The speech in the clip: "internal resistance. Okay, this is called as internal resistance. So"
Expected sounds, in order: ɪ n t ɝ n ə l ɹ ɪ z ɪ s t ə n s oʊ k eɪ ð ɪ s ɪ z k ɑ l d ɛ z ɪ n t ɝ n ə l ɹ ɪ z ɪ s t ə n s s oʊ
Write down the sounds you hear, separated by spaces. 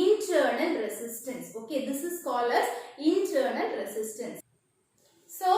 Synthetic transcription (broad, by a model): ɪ n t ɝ n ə l ɹ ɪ s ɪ s t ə n s oʊ k eɪ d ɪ s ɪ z k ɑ l ʌ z ɪ n t ɝ n ə l ɹ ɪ s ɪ s t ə n s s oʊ